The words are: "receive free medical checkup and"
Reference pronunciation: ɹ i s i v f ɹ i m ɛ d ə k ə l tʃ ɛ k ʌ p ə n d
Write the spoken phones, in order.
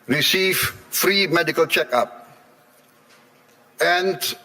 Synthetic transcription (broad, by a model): ɹ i s i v f ɹ i m ɛ d ə k ə l tʃ ɛ k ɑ p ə n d